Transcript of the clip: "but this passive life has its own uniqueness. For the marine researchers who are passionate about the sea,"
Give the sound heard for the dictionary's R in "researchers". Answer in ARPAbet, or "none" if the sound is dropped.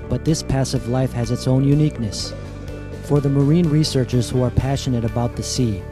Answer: R